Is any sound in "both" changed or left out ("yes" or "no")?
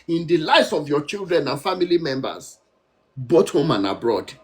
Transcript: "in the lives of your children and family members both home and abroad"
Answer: yes